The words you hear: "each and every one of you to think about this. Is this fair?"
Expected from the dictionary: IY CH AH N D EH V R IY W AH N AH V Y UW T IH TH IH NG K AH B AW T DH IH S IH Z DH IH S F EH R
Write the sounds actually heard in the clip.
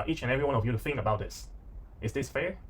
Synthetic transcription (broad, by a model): IY CH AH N EH V R IY W AH N AH V Y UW T IH TH IH NG K AH B AW T DH IH S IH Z DH IH S F EH R